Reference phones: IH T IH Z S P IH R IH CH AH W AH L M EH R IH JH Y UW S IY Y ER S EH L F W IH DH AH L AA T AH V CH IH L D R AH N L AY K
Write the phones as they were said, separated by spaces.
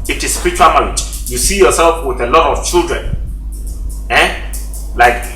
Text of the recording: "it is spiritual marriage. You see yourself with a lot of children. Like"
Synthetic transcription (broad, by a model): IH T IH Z S P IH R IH CH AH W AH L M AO L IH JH Y UW S IY Y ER S EH L F W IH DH AH L AA T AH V CH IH L D R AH N L AY K